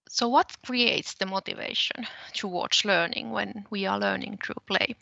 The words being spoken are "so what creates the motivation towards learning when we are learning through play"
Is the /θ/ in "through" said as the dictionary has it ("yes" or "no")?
no